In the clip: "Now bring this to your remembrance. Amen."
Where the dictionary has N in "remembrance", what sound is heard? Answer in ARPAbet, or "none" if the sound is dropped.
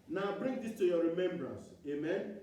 N